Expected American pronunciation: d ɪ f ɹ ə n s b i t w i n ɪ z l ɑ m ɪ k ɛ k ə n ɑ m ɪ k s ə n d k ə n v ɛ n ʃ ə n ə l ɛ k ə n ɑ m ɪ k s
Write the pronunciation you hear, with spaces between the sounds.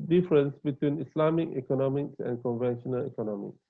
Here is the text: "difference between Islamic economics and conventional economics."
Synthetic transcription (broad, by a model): d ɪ f ɹ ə n s b i t w i n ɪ s l ɑ m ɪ k ɛ k ə n ɑ m ɪ k s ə n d k ə n v ɛ n ʃ ə n ə l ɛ k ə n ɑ m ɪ k s